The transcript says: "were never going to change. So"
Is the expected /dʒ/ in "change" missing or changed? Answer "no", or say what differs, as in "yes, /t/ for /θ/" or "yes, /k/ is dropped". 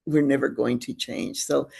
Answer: yes, /ʒ/ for /dʒ/